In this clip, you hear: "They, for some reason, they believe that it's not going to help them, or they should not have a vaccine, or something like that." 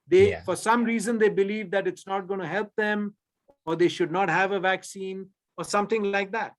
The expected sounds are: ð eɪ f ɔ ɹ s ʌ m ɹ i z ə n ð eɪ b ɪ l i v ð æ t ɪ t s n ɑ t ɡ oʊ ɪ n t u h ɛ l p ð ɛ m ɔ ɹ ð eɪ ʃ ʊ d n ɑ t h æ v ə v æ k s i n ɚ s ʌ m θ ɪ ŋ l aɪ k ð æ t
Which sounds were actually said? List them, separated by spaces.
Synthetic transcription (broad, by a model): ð eɪ f ɔ ɹ s ʌ m ɹ i z ə n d eɪ b ɪ l i v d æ t ɪ t s n ɑ t ɡ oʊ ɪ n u h ɛ l p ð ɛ m ɔ ɹ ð eɪ ʃ ʊ d n ɑ t h æ v ə v æ k s i n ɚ s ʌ m t ɪ ŋ l aɪ k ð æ t